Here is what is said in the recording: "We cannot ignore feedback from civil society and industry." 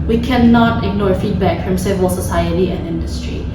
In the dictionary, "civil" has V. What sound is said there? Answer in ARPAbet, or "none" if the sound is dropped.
V